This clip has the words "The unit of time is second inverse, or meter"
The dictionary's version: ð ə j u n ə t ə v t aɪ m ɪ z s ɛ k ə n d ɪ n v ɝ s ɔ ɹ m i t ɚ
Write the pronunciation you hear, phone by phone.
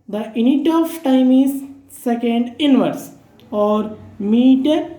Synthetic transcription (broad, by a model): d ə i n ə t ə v t aɪ m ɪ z s ɛ k ə n d ɪ n v ɝ s ɔ ɹ m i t